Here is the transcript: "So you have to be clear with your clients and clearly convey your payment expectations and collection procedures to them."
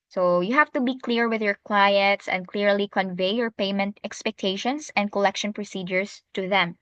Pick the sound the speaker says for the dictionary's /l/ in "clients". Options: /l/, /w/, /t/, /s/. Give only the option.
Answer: /w/